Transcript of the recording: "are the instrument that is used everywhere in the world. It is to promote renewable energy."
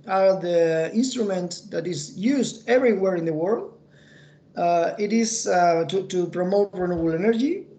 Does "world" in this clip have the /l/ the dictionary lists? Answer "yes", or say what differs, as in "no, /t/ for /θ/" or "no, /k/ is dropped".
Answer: yes